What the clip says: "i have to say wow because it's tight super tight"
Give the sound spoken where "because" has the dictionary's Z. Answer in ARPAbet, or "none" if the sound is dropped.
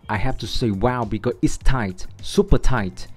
none